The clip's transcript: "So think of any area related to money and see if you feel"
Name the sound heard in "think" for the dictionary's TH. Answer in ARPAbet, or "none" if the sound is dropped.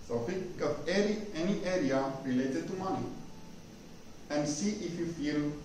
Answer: F